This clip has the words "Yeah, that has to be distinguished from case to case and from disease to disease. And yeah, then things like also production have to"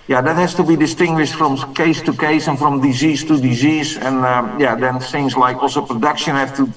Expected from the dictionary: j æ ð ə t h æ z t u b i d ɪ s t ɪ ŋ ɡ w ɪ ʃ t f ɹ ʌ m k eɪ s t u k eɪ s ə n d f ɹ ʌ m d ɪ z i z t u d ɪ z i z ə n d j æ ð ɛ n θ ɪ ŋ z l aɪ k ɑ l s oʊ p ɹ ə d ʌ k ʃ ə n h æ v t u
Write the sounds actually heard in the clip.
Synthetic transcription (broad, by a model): j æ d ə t h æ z t u b i d ɪ s t ɪ ŋ ɡ w ɪ ʃ t f ɹ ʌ m k eɪ s t u k eɪ s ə n f ɹ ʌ m d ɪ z i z t u d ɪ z i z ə n j æ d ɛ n s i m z l aɪ k ɑ l s oʊ p ɹ ə d ʌ k ʃ ə n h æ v t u